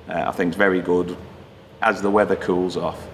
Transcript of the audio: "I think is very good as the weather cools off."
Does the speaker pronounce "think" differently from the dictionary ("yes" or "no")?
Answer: no